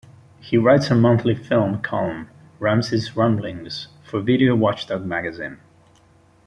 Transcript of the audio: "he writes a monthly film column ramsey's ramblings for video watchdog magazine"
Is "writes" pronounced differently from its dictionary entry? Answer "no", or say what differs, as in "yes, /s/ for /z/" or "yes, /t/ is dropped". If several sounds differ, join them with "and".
no